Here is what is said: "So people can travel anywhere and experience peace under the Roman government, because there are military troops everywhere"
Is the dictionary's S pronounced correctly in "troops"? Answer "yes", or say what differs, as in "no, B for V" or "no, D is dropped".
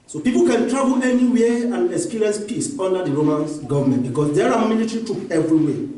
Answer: no, S is dropped